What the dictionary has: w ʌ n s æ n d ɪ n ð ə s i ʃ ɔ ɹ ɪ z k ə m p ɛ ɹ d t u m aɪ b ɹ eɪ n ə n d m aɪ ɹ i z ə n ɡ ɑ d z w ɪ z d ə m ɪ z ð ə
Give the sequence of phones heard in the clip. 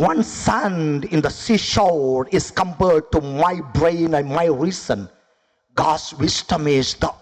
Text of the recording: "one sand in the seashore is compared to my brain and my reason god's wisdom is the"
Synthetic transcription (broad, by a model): w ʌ n s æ n d ɪ n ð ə s i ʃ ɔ l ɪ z k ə m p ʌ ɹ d t u m aɪ b ɹ eɪ n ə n m aɪ ɹ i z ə n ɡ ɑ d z w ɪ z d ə m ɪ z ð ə